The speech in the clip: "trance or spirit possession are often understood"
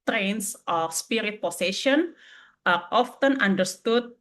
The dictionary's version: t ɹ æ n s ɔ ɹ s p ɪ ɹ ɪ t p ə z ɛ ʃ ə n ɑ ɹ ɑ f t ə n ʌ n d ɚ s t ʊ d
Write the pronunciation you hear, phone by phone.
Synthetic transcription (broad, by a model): t ɹ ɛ n s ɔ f s p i ɹ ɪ t p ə s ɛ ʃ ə n ɑ ɹ ɑ f t ə n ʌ n d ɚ s t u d